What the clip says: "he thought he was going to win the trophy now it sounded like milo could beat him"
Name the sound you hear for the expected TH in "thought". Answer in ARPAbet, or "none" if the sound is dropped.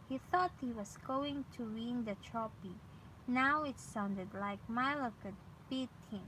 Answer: TH